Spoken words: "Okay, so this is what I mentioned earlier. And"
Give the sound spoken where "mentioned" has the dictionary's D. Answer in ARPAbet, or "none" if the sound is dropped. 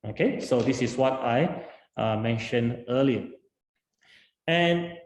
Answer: none